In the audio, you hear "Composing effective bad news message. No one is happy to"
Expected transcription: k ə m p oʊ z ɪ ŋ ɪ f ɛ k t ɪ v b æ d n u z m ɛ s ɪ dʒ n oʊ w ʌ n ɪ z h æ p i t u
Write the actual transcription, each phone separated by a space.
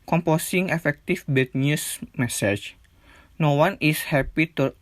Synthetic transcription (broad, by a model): k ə m p oʊ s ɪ ŋ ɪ f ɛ k t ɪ f b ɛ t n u s m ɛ s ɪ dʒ n oʊ w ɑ n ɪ s h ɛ p i t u